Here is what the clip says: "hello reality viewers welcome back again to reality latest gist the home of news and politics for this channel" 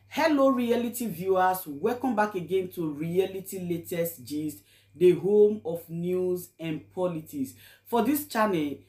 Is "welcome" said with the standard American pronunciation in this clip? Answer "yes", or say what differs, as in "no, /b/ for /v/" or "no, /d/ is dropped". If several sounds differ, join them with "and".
no, /l/ is dropped